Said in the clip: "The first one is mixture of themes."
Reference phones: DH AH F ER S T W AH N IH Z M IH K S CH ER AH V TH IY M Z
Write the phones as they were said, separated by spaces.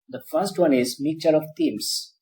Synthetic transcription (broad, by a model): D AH F ER S T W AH N IH Z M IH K CH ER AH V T IY M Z